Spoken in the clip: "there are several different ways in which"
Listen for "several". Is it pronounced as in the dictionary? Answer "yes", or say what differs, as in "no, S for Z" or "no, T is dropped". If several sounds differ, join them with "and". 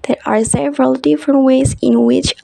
yes